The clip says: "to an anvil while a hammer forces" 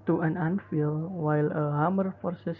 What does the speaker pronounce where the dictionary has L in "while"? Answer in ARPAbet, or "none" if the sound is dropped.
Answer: L